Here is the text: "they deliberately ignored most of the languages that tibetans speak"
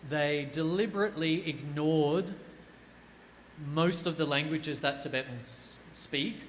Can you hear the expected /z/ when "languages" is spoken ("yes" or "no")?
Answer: yes